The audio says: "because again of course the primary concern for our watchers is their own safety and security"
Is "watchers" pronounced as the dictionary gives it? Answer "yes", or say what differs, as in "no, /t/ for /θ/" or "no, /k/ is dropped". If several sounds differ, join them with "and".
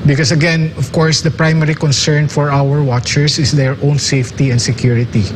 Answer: no, /s/ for /z/